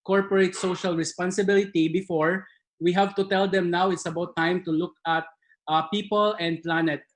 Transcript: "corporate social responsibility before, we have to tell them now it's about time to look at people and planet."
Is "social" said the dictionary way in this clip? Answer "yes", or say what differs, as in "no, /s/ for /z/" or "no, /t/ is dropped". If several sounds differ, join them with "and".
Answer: yes